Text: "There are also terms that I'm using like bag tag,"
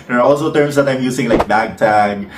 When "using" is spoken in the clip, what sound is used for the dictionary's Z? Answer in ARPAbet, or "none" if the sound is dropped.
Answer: S